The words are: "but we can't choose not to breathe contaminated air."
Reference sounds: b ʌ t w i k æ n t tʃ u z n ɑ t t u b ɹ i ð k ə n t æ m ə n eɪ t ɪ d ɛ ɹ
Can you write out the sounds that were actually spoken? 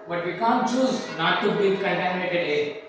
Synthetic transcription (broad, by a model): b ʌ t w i k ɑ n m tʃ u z n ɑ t t u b i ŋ k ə n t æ m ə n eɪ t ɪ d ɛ